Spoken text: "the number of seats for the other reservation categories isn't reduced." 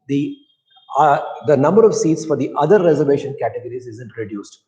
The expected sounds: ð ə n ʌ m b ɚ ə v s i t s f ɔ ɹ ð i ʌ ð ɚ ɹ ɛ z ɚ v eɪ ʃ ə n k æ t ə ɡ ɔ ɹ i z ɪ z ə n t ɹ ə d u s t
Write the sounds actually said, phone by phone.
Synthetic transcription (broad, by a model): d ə n ʌ m b ɚ ə v s i t s f ɔ ɹ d i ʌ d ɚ ɹ ɛ z ɚ v eɪ ʃ ə n k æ t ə ɡ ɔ ɹ i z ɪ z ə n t ɹ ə d u s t